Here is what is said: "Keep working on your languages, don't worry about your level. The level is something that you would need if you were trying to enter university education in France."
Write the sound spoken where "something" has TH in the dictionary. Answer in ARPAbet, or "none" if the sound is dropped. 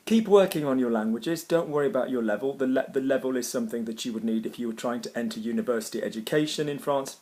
TH